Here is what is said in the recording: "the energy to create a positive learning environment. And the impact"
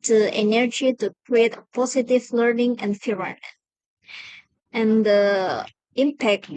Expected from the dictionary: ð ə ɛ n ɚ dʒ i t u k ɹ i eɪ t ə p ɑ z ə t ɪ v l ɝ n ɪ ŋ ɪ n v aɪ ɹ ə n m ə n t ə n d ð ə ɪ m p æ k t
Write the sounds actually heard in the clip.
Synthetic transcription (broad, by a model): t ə ɛ n ɚ dʒ i t u k ɹ i eɪ t ə p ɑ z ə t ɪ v l ɝ n ɪ ŋ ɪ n f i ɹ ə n ə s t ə n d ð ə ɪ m p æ k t